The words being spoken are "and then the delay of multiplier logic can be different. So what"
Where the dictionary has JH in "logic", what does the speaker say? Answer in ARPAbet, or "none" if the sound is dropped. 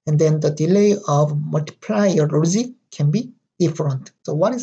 Z